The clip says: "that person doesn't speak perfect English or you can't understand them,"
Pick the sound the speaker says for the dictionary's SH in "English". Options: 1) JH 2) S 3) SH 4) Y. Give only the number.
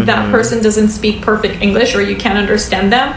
3